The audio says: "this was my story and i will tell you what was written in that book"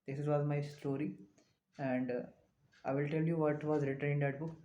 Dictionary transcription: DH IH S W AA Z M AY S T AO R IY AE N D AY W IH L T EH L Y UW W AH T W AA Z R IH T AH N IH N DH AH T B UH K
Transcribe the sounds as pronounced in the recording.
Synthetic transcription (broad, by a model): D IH S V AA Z M AY S T AO R IY AE N D AY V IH L T EH L Y UW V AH T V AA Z R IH T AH IH N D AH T B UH K